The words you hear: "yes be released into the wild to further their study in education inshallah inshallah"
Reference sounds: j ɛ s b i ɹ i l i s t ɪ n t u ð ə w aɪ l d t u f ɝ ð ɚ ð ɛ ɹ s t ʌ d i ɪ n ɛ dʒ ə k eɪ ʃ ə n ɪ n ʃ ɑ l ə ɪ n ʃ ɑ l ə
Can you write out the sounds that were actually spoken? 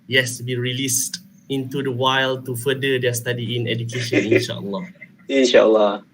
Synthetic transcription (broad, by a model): j ɛ s b i ɹ i l i s t ɪ n t u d ə w aɪ l t u f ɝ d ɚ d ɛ s t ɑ d i ɪ n ɛ dʒ ə k eɪ ʃ ə n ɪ n ʃ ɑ l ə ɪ n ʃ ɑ l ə